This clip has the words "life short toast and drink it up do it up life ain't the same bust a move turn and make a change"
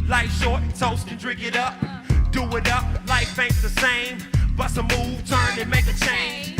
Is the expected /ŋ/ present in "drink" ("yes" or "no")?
no